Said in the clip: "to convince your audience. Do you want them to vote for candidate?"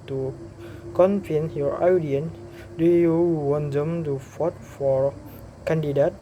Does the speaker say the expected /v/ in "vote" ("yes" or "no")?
no